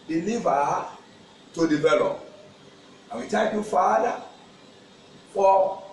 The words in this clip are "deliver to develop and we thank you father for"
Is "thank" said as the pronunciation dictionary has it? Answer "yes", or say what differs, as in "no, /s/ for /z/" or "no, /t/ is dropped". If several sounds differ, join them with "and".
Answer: no, /t/ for /θ/ and /ŋ/ is dropped